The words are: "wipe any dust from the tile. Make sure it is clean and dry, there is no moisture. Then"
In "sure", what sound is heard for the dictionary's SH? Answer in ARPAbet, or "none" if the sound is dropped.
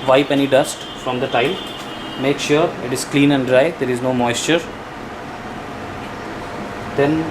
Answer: SH